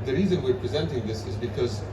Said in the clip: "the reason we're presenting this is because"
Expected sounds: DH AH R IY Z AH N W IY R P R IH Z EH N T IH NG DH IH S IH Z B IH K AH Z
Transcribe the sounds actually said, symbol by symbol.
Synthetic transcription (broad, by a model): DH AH R IY Z AH N W IY R P R IH Z EH N T IH NG DH IH S IH Z B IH K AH Z